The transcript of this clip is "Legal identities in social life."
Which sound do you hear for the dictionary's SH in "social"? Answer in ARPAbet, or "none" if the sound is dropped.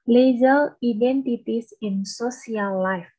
S